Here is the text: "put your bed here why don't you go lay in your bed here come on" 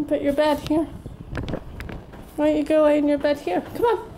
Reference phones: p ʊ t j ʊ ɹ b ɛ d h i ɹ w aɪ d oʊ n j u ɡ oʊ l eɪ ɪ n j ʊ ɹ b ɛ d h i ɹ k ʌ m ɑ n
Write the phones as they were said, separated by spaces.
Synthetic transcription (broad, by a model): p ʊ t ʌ ɹ b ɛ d h i ɹ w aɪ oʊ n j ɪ ɡ oʊ w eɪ ɪ n j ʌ ɹ b ɛ d h i ɹ k ʌ m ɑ n